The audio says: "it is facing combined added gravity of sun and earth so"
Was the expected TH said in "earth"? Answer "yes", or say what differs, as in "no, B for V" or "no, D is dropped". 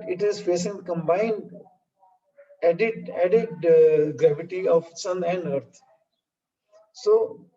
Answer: no, T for TH